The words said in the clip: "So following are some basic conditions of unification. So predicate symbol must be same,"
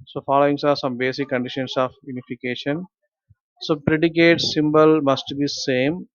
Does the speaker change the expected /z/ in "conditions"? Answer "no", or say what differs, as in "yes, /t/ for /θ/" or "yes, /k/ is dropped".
yes, /s/ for /z/